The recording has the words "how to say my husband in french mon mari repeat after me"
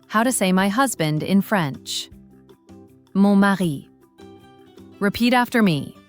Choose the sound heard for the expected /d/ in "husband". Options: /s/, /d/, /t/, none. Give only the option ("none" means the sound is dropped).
/d/